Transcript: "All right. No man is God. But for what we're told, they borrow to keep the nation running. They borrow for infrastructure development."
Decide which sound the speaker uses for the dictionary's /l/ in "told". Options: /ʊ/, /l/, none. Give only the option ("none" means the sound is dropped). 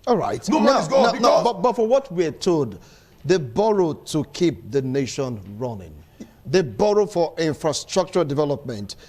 none